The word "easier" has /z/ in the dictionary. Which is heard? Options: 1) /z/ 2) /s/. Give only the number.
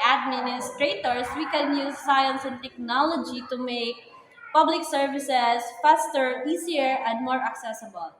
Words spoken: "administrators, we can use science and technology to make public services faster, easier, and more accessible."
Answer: 2